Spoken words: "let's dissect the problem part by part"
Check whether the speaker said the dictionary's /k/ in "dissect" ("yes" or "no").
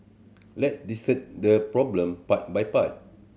no